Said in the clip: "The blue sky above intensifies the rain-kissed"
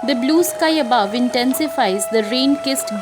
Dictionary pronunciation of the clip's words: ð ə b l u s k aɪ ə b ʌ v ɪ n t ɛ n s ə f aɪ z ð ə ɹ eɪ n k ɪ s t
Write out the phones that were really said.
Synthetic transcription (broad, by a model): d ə b l u s k aɪ ə b ʌ v ɪ n t ɛ n s ə f aɪ z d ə ɹ eɪ n k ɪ s t